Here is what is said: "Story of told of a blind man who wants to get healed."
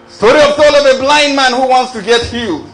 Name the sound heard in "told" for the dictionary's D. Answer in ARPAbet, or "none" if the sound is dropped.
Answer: none